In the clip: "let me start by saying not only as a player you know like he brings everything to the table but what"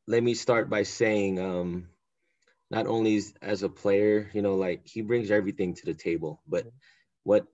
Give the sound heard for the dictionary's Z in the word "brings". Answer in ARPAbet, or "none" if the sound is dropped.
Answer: Z